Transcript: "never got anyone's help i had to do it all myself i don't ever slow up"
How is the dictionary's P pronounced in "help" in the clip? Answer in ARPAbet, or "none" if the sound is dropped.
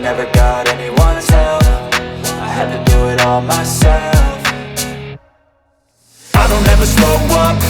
F